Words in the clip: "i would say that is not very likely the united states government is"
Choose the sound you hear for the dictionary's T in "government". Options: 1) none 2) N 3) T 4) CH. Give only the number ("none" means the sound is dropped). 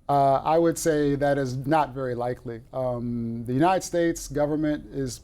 3